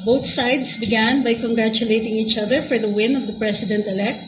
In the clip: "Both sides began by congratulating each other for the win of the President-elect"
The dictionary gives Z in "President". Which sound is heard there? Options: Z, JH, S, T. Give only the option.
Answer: S